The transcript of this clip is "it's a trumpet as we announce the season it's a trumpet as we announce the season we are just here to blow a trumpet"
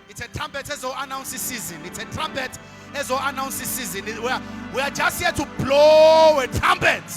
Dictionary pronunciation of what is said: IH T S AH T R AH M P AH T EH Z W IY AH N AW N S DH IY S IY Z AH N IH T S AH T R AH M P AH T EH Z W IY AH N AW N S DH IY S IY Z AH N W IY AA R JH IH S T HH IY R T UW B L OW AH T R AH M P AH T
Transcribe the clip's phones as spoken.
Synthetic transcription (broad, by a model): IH T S AH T R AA M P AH T EH Z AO AH N AW N S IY S IY Z AH N IH T S AH T R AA M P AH T EH Z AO AH N AW N S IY S IY Z AH N W IY AA W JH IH S T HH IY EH T UW B L OW AH T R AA M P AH T